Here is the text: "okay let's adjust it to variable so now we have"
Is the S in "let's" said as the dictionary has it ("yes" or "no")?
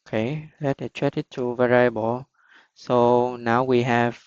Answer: no